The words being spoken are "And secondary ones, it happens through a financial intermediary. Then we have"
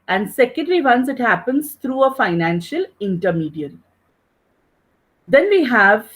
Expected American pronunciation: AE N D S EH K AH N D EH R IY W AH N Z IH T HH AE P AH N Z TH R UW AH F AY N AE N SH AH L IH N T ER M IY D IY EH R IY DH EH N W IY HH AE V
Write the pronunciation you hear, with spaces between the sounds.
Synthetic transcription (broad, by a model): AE N D S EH K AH N D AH R IY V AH N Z IH T HH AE P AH N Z T R UW AH F AY N AE N SH AH L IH N T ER M IY D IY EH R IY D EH N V IY HH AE V